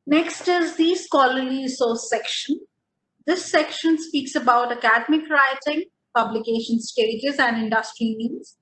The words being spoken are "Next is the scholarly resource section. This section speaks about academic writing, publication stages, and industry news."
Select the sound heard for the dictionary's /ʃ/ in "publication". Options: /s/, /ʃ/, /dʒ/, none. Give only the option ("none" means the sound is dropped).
/ʃ/